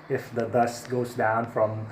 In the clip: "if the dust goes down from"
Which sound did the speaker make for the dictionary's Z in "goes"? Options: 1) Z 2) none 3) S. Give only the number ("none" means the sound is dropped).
1